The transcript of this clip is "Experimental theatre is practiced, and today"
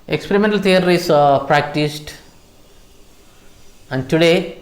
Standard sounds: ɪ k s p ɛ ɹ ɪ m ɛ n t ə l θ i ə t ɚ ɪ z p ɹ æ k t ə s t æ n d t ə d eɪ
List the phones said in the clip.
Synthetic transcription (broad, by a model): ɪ k s p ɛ ɹ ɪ m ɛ n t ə l t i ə t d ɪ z p ɹ æ k t ə s t æ n d t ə d eɪ